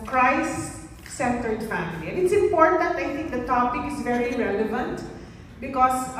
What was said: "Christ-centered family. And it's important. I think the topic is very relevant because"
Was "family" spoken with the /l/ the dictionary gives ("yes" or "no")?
yes